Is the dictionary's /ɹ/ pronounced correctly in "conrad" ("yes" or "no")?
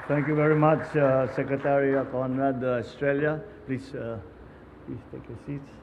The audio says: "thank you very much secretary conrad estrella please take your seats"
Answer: no